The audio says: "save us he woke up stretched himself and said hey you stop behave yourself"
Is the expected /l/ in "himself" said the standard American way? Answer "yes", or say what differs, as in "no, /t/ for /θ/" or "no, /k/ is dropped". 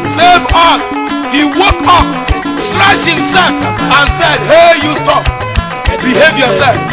no, /l/ is dropped